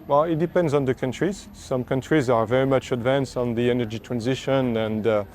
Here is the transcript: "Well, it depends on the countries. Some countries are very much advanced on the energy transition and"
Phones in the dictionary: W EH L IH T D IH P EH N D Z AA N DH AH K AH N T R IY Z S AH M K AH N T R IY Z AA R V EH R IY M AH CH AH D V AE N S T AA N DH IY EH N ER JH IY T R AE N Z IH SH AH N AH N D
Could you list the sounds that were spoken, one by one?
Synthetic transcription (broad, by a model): W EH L IH T D IH P EH N D Z N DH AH K AH N T R IY Z S AH M K AH N T R IY Z AA R V EH R IY M AH CH AH D V AE N S T N DH IY EH N ER JH IY T R AE N Z IH SH AH N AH N D